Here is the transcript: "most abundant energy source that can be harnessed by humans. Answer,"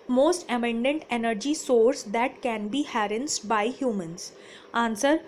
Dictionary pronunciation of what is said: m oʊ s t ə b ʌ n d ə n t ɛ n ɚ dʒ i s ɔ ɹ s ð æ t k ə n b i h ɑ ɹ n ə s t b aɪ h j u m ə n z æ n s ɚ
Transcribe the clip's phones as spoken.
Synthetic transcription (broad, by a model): m oʊ s t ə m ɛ n d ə n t ɛ n ɚ dʒ i s ɔ ɹ s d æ t k ə n b i h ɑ ɹ ə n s b aɪ h j u m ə n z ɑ n s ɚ